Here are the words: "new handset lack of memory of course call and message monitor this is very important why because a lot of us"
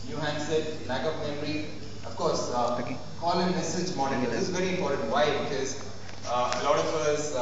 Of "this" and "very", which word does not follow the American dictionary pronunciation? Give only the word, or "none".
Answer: this